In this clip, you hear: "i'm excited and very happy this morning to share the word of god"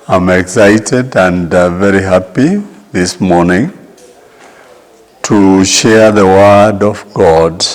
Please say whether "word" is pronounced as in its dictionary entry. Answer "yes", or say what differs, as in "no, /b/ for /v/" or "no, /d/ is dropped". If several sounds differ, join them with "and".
yes